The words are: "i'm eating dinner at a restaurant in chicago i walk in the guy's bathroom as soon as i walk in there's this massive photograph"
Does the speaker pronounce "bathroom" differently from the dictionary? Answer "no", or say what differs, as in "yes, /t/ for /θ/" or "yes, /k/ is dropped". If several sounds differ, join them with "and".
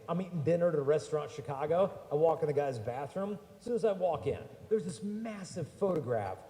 no